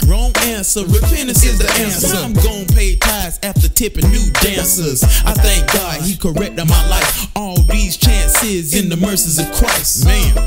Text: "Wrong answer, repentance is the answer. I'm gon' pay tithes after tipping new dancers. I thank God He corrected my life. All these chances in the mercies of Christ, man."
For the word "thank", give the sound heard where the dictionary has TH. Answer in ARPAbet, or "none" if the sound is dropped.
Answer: TH